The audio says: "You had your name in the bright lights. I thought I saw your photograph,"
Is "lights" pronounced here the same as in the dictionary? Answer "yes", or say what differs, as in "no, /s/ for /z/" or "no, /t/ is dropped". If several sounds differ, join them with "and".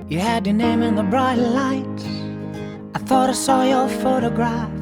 no, /s/ is dropped